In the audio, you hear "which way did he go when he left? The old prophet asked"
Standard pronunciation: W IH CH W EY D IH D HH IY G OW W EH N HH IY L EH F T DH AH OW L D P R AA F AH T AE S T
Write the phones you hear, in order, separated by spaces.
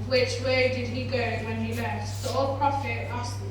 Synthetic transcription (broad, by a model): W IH CH W EY D IH D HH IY G OW W EH N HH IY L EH T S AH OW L P R AA F AH T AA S